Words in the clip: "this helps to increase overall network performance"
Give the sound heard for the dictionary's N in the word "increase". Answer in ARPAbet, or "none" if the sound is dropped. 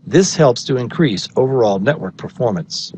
N